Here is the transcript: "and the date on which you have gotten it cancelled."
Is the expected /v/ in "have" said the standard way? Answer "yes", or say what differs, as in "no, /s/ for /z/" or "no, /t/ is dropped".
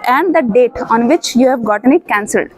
yes